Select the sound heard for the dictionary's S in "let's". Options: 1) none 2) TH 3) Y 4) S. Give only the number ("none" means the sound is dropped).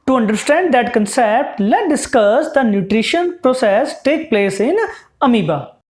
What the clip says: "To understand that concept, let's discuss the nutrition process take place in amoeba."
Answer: 1